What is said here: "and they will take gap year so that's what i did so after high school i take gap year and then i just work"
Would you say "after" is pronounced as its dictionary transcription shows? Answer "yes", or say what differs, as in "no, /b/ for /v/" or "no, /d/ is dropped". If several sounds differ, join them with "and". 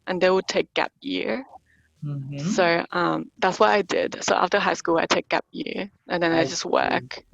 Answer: yes